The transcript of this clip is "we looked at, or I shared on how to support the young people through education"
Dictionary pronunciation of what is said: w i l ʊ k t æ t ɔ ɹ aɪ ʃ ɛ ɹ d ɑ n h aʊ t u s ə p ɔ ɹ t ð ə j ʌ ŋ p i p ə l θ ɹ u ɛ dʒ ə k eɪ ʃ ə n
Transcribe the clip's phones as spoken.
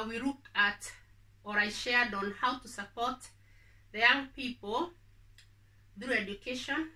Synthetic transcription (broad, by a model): w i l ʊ k æ t ɔ ɹ aɪ ʃ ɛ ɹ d ɑ n h aʊ t u s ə p ɔ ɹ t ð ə j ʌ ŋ p i p ə l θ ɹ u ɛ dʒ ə k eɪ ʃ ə n